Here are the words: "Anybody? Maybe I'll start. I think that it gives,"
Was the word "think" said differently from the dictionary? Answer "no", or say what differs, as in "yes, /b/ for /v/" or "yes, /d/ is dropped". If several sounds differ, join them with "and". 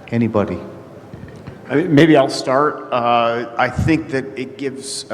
no